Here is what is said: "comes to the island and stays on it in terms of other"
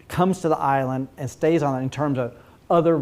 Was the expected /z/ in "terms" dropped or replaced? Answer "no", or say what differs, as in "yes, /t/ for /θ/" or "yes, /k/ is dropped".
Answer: no